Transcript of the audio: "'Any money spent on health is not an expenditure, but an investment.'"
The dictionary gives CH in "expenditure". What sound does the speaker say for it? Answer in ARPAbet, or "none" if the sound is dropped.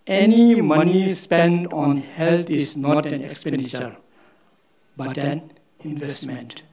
CH